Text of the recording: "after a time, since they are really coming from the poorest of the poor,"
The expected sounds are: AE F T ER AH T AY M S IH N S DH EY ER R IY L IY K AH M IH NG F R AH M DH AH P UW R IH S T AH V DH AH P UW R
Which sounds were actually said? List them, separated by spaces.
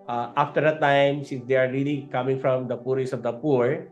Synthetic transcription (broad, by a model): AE F T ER AH T AY M S IH N S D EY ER R IY L IY K AH M IH NG F R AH M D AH P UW R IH S AH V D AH P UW R